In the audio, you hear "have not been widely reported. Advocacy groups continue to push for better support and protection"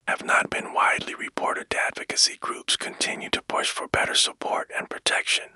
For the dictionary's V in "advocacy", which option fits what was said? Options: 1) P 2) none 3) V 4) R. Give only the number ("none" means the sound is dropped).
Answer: 3